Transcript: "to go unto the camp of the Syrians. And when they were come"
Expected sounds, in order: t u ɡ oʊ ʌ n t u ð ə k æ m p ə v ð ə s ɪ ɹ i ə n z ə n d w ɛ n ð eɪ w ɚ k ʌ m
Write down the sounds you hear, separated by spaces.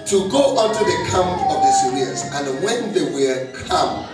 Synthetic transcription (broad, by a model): t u ɡ oʊ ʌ t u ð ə k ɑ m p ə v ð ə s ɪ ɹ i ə z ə n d w ɛ n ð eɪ w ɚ k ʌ m